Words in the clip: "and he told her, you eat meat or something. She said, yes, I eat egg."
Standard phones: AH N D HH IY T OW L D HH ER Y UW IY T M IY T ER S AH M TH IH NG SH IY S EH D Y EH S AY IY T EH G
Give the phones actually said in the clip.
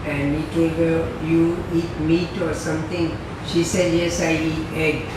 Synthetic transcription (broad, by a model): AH N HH IY T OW L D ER Y UW IY T M IY T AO S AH M T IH NG SH IY S EH D Y EH S AY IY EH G